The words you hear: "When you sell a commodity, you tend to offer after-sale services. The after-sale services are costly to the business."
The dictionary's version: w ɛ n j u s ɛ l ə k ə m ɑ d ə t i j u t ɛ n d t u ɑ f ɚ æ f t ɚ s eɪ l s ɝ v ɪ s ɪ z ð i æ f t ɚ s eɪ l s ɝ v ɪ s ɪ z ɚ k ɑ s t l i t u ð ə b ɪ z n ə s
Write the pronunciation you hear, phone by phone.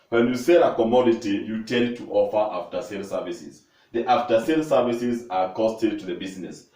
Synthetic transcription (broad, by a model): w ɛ n j u s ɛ ə k ə m ɑ d ə t i j u t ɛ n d t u ɑ f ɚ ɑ f t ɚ s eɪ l s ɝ v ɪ s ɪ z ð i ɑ f t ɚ s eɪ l s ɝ v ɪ s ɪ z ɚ k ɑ s t i t u ð ə b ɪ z n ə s